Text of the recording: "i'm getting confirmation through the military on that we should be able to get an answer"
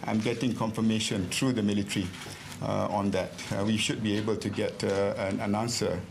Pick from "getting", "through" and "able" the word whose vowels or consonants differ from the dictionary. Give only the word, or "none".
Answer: through